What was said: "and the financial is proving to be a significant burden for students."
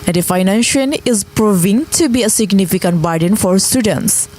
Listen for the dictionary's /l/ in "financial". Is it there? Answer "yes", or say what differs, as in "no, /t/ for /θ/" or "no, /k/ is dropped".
no, /n/ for /l/